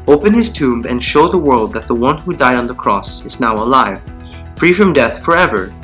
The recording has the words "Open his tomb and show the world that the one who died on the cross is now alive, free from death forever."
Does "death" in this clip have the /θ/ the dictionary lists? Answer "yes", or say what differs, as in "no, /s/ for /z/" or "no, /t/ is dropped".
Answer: yes